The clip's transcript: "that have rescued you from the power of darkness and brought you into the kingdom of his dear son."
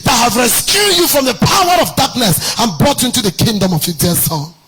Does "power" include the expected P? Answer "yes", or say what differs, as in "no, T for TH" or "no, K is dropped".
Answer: yes